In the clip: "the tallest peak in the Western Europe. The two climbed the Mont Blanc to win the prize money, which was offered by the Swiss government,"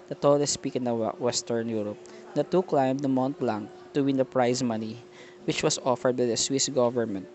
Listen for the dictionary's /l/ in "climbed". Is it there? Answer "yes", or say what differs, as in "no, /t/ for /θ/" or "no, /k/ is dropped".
yes